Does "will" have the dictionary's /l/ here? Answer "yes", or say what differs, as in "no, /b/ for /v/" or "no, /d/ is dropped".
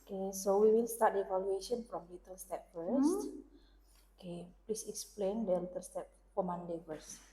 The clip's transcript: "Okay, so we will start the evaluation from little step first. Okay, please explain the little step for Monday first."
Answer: no, /n/ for /l/